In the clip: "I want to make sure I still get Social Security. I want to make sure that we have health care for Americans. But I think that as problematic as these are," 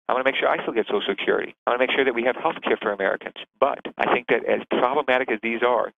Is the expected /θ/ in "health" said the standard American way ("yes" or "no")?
yes